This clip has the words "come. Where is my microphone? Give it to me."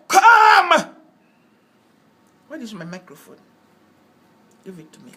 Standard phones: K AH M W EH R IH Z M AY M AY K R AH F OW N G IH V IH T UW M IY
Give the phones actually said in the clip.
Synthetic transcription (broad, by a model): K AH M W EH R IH S M AY M AY K R AH F OW N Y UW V IH T UW M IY